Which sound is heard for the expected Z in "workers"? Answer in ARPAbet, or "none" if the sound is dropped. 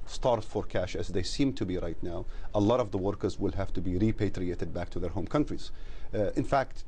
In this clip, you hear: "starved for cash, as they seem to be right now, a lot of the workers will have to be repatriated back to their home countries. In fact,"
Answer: Z